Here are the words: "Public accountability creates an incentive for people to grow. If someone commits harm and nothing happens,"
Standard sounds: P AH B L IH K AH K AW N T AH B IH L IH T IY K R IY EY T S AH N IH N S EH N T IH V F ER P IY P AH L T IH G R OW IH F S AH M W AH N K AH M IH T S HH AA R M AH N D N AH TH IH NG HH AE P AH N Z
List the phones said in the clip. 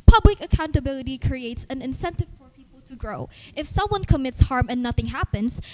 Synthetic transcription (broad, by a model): P AH B L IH K AH K AW N T AH B IH L IH T IY K R IY EY T S AH N IH N S EH N T IH V F ER P IY P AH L T IH G R OW IH F S AH M W AH N K AH M IH T S HH AA R M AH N N AH TH IH NG HH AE P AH N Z